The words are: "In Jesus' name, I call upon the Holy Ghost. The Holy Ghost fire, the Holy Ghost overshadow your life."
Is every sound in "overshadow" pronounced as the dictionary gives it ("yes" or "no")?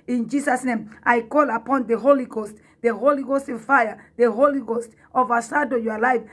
no